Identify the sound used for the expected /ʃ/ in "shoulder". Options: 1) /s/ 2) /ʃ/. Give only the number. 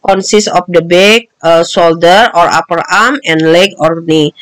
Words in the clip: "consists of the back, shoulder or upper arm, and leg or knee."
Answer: 1